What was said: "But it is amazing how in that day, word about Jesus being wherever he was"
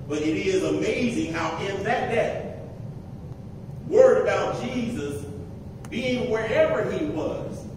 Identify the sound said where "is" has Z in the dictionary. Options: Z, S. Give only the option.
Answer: Z